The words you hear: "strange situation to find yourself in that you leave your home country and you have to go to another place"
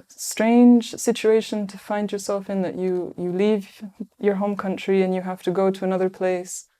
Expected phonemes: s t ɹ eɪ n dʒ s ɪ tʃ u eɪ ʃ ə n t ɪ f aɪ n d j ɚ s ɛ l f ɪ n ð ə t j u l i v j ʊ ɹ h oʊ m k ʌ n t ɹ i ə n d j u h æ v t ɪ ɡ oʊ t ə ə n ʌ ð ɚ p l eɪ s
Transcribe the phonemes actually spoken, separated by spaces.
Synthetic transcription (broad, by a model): s t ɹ eɪ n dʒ s ɪ tʃ u eɪ ʃ ə n t ɪ f aɪ n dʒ j ɚ s ɛ l f ɪ n ð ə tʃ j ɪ l i v j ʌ ɹ h oʊ m k ʌ n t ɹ i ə n j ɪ h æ f t ɪ ɡ oʊ t ə ə n ʌ ð ɚ p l eɪ s